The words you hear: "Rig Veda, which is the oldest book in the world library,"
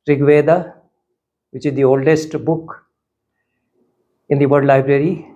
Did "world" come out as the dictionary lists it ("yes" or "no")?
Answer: no